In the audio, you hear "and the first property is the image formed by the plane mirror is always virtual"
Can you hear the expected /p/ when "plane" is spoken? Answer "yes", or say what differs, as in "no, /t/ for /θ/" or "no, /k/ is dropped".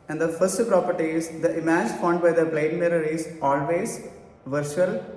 no, /b/ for /p/